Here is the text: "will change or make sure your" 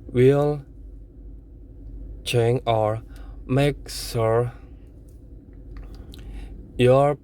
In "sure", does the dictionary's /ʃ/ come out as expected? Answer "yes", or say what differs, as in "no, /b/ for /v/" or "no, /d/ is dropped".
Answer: no, /s/ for /ʃ/